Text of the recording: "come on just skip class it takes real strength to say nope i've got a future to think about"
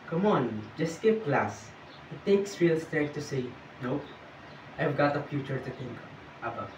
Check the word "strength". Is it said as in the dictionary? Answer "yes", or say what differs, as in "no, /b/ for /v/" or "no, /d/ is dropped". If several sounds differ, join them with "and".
no, /ɹ/ is dropped